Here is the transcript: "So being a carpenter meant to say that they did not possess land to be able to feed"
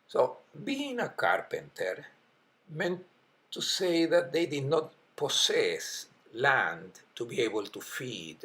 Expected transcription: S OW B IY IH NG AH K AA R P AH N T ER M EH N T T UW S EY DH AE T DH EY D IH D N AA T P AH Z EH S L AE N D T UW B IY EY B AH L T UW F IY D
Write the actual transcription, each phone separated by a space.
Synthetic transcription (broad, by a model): S OW B IY IH NG AH K AA R P AH N T ER M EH N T T UW S EY DH AE T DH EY D IH D N AA T P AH S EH S L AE N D T UW B IY EY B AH L T UW F IY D